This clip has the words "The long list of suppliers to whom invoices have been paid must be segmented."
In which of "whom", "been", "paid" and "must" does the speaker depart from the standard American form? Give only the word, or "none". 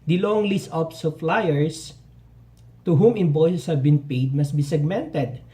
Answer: none